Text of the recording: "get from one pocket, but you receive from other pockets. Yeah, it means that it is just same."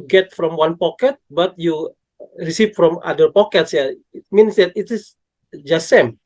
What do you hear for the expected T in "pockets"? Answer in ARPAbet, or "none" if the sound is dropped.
T